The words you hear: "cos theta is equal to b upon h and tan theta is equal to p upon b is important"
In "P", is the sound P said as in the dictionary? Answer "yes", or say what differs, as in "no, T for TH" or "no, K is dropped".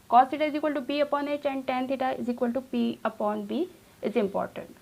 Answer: no, B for P